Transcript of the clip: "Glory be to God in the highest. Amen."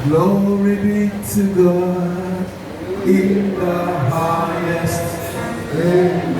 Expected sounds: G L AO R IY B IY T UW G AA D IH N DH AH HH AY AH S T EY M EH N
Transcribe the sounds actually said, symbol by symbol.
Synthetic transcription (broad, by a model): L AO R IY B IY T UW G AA IH N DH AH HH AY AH S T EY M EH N